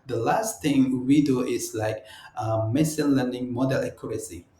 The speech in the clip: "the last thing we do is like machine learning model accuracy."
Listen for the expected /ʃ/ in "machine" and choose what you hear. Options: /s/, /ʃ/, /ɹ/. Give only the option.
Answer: /s/